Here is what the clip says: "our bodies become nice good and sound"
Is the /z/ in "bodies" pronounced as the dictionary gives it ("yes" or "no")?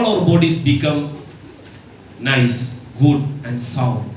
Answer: no